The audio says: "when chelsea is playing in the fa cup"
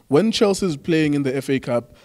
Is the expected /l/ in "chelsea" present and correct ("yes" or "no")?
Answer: yes